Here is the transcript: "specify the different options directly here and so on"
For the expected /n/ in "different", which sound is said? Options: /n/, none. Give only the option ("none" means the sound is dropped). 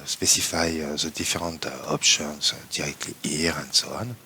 none